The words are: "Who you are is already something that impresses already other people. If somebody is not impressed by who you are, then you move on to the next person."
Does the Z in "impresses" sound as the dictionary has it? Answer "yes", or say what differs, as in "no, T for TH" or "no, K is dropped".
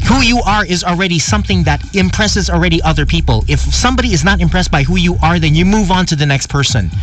yes